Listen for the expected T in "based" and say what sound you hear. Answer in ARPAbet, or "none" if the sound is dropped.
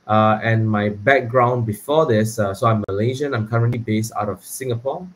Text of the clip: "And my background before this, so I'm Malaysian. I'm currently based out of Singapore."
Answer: T